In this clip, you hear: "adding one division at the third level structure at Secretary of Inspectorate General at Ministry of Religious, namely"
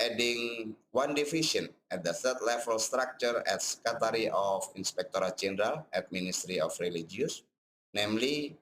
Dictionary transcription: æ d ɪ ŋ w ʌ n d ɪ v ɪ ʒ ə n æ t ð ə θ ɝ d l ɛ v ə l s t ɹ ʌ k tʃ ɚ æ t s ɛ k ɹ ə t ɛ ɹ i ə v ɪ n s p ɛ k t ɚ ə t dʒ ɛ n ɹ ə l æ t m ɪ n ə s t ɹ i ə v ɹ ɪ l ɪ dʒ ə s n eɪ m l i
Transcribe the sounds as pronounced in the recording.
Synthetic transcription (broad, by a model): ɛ d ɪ ŋ w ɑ n d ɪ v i ʃ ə n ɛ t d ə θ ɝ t l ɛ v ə l s t ɹ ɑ k tʃ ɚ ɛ t s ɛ k ə t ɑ ɹ i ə f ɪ n s p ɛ k t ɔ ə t dʒ ɛ n ɹ ə l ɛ t m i n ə s t ɹ i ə f ɹ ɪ l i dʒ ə s n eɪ m l i